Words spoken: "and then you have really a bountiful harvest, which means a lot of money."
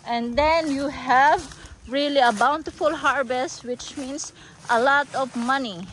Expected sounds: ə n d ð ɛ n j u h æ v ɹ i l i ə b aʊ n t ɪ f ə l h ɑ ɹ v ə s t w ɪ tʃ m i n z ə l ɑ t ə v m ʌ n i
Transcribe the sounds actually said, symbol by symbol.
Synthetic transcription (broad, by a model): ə n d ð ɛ n j u h æ v ɹ i l i ə b aʊ n t ɪ f ə l h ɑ ɹ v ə s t w ɪ tʃ m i n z ə l ɑ t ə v m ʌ n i